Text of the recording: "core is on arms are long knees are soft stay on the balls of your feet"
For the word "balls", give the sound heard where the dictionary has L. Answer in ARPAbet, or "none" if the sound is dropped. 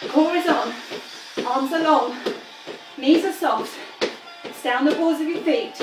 none